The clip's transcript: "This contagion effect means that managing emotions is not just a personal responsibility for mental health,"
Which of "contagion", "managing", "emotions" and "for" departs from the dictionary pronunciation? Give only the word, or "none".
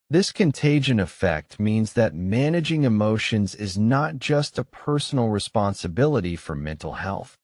none